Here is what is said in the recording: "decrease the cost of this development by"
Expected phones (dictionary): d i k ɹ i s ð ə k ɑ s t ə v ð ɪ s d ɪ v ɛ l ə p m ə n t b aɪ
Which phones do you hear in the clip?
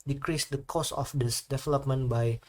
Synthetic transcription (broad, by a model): d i k ɹ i s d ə k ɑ s ə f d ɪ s d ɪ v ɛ l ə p m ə n b aɪ